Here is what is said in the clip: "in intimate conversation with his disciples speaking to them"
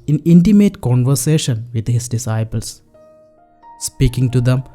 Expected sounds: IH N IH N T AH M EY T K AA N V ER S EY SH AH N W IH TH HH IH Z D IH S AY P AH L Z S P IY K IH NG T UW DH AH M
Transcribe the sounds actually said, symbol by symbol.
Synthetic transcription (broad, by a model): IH N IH N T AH M EY T K AA N V ER S EY SH AH N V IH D HH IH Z D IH S AY P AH L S S P IY K IH NG T UW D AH M